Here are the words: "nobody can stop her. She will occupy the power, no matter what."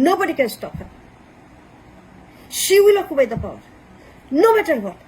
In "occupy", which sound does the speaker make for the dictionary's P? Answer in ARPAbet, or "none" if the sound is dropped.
B